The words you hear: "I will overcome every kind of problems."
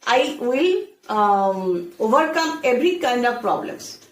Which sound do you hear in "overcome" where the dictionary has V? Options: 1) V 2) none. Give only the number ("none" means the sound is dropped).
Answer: 1